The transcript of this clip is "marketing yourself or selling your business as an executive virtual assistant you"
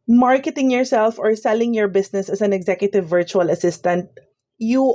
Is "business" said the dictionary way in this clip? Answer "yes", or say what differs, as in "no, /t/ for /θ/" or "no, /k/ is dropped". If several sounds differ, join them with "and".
no, /s/ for /z/